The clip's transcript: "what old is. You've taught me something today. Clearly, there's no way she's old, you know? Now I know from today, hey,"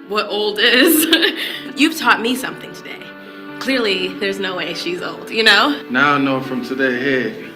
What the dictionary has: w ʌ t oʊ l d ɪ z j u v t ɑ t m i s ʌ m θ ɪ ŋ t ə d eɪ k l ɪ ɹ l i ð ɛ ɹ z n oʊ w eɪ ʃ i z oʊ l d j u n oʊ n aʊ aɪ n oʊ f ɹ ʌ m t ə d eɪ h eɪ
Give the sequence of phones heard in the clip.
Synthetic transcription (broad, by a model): w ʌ t oʊ l d ɪ z j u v t ɑ t m i s ʌ m θ ɪ ŋ t ə d eɪ k l ɪ ɹ l i ð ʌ ɹ z n oʊ w eɪ ʃ i z oʊ l d j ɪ n oʊ n aʊ n oʊ f ɹ ʌ m t ə d eɪ h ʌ